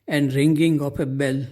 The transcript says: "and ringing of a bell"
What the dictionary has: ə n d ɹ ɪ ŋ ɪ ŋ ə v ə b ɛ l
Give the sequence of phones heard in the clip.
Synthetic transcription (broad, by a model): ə n d ɹ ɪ ŋ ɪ ŋ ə p ə b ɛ l